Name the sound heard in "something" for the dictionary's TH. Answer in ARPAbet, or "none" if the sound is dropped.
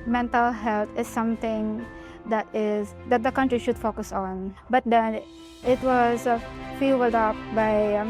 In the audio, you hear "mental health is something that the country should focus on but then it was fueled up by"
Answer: T